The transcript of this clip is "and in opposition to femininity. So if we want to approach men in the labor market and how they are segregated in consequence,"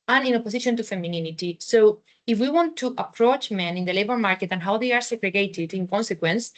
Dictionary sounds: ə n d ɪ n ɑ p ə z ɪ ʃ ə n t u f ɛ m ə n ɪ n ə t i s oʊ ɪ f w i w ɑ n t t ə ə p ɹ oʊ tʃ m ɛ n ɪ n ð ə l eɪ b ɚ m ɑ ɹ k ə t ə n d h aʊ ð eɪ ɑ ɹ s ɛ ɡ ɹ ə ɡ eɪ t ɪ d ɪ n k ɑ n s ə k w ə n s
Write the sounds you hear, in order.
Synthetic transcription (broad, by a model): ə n ɪ n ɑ p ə s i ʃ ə n t u f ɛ m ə n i n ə t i s oʊ ɪ f w i w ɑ n t t ə p ɹ oʊ tʃ m ɛ n ɪ n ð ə l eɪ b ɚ m ɑ ɹ k ə t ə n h aʊ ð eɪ ɑ ɹ s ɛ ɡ ɹ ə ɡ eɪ t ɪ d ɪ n k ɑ n s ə k w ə n s